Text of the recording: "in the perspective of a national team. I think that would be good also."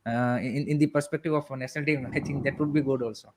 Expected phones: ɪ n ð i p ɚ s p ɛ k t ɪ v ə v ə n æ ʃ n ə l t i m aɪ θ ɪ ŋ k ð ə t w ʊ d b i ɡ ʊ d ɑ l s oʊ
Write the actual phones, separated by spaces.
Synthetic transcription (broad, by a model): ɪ n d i p ɚ s p ɛ k t ɪ v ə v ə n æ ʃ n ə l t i aɪ t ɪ ŋ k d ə t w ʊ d b i ɡ ʊ d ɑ l s oʊ